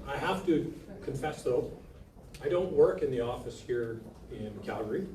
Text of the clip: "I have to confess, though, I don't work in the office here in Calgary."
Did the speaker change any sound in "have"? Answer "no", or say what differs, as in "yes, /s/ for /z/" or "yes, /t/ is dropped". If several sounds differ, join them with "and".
yes, /f/ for /v/